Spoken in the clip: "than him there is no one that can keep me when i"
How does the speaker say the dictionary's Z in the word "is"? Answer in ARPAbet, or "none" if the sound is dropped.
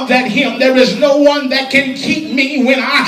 Z